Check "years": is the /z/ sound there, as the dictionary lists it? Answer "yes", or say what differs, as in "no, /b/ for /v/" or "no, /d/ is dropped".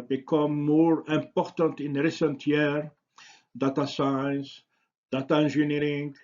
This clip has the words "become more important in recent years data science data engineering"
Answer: no, /z/ is dropped